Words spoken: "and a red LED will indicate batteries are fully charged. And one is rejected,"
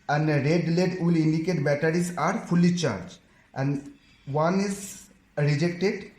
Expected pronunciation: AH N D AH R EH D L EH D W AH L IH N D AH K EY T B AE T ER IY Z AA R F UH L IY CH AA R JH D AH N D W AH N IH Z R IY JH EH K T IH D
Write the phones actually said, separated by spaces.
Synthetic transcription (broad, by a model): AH N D AH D L EH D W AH L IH N D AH K EY T B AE T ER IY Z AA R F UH L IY CH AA R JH AH N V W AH N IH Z R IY JH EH K T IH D